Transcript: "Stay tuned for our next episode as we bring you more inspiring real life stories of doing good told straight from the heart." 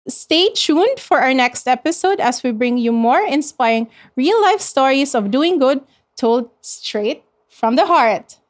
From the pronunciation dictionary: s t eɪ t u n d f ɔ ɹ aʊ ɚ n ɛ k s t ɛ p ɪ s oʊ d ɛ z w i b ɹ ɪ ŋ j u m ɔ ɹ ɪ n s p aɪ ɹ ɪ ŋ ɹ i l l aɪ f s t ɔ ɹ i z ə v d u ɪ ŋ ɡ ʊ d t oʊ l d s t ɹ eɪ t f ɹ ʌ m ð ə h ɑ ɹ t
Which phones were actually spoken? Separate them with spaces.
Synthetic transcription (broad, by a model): s t eɪ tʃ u n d f ɔ ɹ aʊ ɚ n ɛ k s t ɛ p ɪ s oʊ d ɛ s w i b ɹ ɪ ŋ j u m ɔ ɹ ɪ n s p aɪ ɹ ɪ ŋ ɹ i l l aɪ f s t ɔ ɹ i s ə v d u ɪ ŋ ɡ ʊ d t oʊ l d s t ɹ eɪ t f ɹ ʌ m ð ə h ɑ ɹ t